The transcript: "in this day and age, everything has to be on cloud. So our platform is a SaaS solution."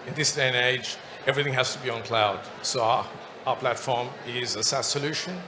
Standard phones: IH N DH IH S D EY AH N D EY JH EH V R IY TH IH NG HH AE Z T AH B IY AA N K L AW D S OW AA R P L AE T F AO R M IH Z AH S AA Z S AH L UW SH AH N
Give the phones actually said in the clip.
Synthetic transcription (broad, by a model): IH N DH IH S D EY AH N EY JH EH V R IY TH IH NG HH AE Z T AH B IY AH N K L AW D S OW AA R P L AE T F AO R M IH Z AH S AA S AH L UW SH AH N